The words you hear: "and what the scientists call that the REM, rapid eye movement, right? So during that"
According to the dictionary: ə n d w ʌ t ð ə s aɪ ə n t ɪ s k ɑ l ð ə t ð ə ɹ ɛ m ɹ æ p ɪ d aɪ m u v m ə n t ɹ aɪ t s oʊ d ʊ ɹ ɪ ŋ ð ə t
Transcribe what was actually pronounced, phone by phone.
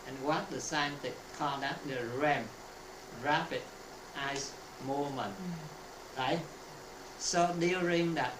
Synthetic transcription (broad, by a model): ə n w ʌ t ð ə s aɪ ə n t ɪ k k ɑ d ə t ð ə ɹ ɛ m ɹ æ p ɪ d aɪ m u m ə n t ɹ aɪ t s oʊ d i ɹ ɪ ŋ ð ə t